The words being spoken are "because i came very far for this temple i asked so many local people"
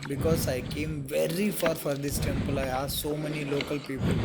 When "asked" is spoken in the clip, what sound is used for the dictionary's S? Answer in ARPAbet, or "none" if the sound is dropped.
none